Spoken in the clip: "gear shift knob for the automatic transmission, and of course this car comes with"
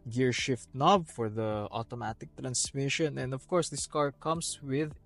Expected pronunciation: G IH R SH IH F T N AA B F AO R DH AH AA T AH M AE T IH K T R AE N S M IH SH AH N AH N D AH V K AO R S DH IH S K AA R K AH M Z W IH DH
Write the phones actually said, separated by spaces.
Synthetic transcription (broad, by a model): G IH R SH IH F T N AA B F AO R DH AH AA T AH M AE T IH K T R AE N S M IH SH AH N AH N D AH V K AO R S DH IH S K AA R K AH M S W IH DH